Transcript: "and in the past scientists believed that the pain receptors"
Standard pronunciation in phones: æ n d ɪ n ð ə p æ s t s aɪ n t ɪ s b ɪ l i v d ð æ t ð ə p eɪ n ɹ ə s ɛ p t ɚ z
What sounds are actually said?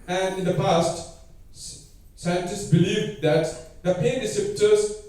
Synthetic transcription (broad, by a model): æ n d ɪ n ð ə p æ s t s aɪ n t ɪ s b ɪ l i v d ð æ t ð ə p eɪ n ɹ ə s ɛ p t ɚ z